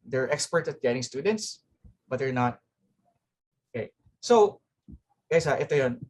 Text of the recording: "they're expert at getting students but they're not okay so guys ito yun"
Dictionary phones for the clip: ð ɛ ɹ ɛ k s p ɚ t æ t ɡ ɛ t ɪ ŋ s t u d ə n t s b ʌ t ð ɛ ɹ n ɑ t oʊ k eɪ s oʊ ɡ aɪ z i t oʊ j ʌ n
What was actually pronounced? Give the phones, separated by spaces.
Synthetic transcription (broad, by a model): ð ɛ ɹ ɛ k s p ɚ t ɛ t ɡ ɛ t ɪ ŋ s t u d ə n t s b ʌ t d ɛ ɹ n ɑ t oʊ k eɪ s oʊ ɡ aɪ s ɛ t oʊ j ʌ n